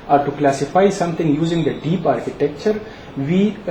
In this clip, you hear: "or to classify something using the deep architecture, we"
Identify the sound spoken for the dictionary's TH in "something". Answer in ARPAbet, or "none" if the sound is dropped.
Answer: T